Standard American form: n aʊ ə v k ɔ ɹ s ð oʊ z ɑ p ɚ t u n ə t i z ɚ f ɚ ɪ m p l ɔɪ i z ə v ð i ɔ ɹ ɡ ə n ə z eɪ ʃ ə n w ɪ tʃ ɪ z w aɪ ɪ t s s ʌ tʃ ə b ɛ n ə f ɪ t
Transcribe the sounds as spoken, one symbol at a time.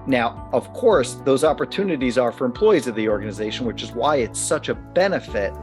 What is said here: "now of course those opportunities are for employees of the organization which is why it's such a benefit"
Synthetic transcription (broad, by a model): n aʊ ə v k ɔ ɹ s ð oʊ z ɑ p ɚ t u n ə t i z ɚ f ɚ ɪ m p l ɔɪ i z ə v ð i ɔ ɹ ɡ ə n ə z eɪ ʃ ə n w ɪ tʃ ɪ z w aɪ ɪ t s s ʌ tʃ ə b ɛ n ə f ɪ t